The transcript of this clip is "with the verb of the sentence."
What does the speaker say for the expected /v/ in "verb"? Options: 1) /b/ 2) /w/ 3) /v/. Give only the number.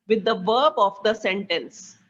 3